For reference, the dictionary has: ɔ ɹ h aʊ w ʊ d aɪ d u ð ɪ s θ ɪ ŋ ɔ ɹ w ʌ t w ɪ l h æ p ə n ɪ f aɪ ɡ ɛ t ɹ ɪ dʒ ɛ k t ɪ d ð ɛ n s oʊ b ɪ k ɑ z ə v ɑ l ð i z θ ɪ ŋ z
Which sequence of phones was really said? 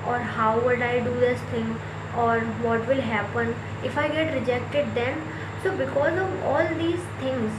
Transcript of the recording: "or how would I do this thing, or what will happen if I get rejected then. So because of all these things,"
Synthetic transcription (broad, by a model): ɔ ɹ h aʊ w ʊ d aɪ d u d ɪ s t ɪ ŋ ɔ ɹ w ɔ t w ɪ l h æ p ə n ɪ f aɪ ɡ ɛ t ɹ ɪ dʒ ɛ k t ɪ d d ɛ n s oʊ b ɪ k ɑ z ə v ɑ l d i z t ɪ ŋ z